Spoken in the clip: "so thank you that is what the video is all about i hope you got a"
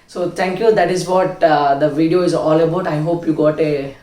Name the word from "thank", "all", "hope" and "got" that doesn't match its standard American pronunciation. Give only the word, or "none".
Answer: thank